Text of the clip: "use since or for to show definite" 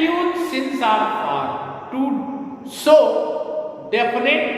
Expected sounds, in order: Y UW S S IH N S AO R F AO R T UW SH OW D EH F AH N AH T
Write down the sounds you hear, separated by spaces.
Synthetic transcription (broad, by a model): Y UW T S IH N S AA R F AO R T UW S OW D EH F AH N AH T